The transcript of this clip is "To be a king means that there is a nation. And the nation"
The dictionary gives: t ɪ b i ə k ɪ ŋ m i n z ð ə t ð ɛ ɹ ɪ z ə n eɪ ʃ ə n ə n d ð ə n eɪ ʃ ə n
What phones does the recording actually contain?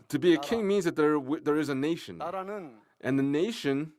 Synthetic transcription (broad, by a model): t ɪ b i ə k ɪ ŋ m i n z ð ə t ð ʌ ɹ ɪ z ə n eɪ ʃ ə n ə n ð ə n eɪ ʃ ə n